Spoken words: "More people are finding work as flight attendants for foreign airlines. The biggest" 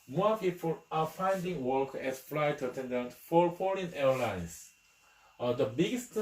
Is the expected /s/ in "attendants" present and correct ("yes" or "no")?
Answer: no